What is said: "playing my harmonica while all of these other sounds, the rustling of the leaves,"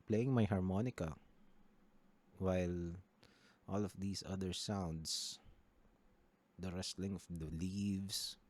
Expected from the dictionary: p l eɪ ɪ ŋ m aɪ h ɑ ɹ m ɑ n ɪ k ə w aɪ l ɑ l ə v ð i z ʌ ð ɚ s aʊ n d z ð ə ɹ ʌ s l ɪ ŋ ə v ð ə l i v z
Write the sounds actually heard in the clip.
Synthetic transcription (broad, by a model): p l eɪ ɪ ŋ m aɪ h ɑ ɹ m ɑ n ɪ k ə w aɪ l ɑ l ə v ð i s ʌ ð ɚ s aʊ n d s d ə ɹ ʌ s l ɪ ŋ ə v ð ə l i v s